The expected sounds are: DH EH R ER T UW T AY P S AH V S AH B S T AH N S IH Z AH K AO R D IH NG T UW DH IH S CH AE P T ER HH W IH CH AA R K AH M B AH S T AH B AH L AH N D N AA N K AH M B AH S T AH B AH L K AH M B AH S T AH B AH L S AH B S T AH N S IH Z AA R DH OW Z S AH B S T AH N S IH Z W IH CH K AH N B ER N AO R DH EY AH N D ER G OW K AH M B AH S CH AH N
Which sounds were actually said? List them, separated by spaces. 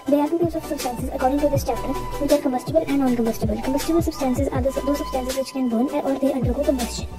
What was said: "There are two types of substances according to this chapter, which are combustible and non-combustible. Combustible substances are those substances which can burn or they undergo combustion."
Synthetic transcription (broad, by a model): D EH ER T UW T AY S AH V S AH B S T AH N S IH Z AH K AO R D IH NG T UW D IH S CH AE P T ER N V IH CH AA R K AH M B AH S T AH B AH L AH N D N AA N K AH M B AH S T AH B AH L K AH M B AH S T AH B AH L S AH B S T AH N S IH Z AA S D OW S AH B S T AH N S IH Z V IH CH K AH N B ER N AO R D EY AH N D ER G OW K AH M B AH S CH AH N